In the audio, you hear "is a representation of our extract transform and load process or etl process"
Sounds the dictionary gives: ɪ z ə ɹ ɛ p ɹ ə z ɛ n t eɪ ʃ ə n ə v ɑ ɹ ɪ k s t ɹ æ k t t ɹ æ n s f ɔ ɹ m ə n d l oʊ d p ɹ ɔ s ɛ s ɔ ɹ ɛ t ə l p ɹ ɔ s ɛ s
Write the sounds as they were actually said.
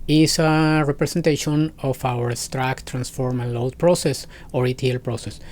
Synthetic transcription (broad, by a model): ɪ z ə ɹ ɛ p ɹ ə s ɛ n t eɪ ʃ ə n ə f ɑ w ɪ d s t ɹ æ k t t ɹ æ n s f ɔ ɹ m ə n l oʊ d p ɹ ɔ s ɛ s ɔ ɹ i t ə l p ɹ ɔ s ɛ s